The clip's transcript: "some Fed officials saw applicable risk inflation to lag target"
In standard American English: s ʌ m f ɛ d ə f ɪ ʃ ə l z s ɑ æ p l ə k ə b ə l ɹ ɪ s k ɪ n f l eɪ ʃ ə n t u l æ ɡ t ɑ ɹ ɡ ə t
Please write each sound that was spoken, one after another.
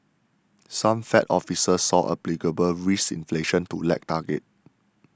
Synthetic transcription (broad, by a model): s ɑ m f ɛ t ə f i s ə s ɑ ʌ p l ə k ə b ə l ɹ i s ɪ n f l eɪ ʃ ə n t u l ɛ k t ɑ ɡ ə t